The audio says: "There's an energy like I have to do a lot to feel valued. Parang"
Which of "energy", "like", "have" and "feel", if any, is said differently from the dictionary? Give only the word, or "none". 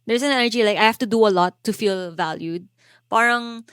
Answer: have